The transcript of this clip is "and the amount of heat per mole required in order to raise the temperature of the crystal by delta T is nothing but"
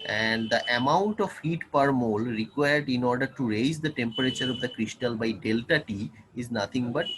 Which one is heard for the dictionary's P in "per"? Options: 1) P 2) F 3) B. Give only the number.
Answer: 1